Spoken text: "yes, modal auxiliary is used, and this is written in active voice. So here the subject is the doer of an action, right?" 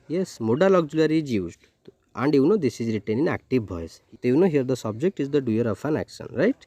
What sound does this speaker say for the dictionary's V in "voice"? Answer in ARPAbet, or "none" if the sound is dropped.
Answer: B